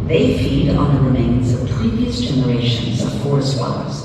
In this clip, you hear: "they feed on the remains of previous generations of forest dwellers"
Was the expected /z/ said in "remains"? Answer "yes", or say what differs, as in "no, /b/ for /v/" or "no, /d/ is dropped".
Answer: yes